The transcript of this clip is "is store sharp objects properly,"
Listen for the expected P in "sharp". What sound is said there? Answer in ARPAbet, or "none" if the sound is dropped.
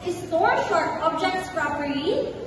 none